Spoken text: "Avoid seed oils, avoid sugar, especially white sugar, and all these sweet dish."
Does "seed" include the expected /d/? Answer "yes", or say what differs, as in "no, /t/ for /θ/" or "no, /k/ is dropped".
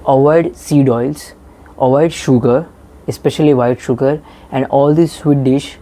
yes